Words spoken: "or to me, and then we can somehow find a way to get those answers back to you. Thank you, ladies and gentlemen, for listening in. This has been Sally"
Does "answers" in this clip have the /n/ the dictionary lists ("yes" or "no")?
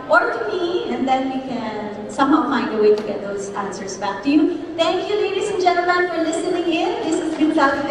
yes